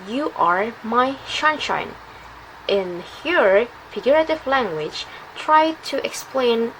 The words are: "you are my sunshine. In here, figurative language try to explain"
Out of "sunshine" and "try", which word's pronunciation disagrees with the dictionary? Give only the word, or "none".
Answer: sunshine